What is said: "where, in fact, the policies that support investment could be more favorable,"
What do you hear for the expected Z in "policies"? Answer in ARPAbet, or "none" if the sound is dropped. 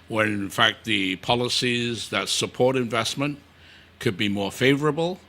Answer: Z